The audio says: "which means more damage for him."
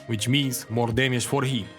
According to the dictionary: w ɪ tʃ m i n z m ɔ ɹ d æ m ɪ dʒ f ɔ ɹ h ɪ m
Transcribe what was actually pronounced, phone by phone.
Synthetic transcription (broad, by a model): w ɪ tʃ m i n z m ɔ ɹ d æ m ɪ ʃ f ɔ ɹ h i